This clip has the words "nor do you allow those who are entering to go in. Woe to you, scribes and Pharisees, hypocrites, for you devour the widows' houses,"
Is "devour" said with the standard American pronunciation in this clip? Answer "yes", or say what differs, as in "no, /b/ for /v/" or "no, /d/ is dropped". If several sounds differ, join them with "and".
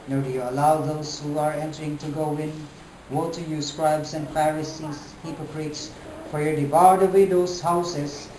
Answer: no, /b/ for /v/